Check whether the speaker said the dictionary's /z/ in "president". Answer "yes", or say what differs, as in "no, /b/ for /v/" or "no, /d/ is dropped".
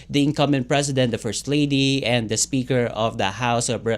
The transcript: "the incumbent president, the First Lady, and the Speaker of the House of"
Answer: no, /s/ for /z/